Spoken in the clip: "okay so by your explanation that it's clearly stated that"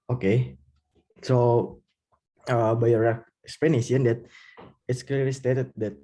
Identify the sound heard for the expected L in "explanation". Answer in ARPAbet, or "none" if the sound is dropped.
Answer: none